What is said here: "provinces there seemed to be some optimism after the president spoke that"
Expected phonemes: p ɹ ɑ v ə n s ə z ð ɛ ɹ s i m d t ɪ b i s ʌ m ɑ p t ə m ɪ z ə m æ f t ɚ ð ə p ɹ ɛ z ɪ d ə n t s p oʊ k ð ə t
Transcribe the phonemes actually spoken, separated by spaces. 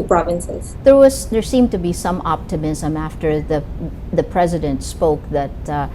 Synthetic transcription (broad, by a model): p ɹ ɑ v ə n s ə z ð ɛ ɹ s i m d t ɪ b i s ʌ m ɑ p t ə m ɪ z ə m æ f t ɚ ð ə p ɹ ɛ z ɪ d ə n t s p oʊ k ð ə t